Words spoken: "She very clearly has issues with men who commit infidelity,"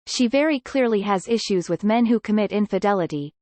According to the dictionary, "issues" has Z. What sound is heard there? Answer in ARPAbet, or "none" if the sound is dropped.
Z